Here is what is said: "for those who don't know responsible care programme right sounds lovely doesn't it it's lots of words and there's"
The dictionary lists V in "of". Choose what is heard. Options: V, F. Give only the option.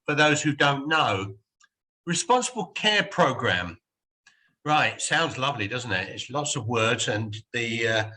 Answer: V